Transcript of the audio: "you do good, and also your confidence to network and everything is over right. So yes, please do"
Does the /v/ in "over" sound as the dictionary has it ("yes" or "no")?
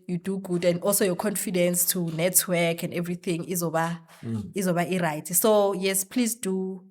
no